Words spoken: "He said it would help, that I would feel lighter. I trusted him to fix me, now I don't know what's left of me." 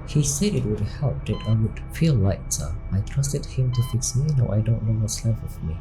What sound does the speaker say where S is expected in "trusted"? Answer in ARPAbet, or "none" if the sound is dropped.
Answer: S